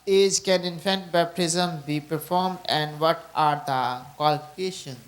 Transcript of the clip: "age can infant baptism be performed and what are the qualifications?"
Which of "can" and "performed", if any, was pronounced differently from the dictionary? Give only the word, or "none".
none